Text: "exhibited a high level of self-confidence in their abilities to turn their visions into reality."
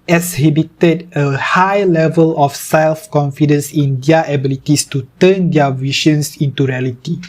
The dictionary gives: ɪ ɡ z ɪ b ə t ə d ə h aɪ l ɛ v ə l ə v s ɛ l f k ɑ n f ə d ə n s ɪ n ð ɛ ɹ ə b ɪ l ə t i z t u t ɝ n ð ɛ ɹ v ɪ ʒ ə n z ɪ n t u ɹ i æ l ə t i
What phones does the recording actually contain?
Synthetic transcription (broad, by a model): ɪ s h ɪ b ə t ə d ə h aɪ l ɛ v ə l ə f s ɛ l f k ɑ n f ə d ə n s ɪ n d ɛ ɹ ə b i l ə t i s t u t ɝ n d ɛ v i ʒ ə n s ɪ n t u ɹ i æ l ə t i